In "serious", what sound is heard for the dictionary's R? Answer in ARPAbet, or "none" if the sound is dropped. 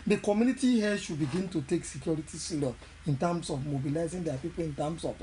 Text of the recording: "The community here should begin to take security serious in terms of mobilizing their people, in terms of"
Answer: L